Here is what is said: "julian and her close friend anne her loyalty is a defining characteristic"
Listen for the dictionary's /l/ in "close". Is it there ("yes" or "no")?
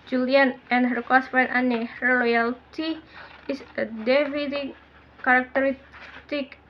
no